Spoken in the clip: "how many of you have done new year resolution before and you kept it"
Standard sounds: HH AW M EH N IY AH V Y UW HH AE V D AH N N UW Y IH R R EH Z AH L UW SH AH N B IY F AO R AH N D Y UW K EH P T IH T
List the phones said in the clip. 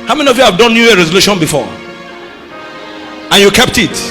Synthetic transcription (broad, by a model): HH AW M EH N IY AH V Y UW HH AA V D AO N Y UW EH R R EH Z AH L UW SH AH N B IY F AO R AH N Y UW K EH P T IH T